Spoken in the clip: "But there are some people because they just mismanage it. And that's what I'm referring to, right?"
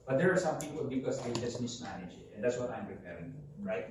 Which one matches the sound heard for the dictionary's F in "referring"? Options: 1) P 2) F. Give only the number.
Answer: 1